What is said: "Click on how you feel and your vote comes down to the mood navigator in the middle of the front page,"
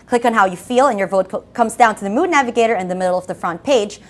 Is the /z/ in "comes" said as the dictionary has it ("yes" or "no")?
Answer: yes